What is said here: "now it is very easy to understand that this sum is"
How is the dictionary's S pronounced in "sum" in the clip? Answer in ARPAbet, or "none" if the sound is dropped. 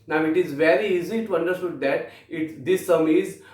S